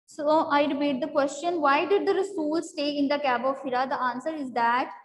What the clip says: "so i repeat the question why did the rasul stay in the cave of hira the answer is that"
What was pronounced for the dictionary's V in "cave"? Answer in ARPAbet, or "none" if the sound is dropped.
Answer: B